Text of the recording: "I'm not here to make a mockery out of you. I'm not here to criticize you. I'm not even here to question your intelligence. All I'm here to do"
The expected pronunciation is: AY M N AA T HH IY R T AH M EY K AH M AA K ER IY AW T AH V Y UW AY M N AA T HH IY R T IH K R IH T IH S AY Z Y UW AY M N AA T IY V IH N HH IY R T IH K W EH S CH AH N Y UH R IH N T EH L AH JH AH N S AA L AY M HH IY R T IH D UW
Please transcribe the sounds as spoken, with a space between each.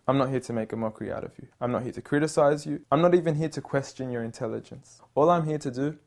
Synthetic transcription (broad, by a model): AY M N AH T HH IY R T AH M EY K AH M AA K ER IY AW T AH V Y UW AY M N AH T HH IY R T IH K R IH T IH S AY Z Y UW AY M N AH T IY V IH N HH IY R T IH K W EH S CH AH N Y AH R IH N T EH L AH JH AH N S AA L AY M HH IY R T IH D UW